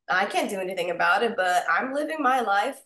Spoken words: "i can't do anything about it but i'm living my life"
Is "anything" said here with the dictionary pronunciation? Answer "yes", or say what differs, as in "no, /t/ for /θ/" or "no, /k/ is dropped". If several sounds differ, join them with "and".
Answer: yes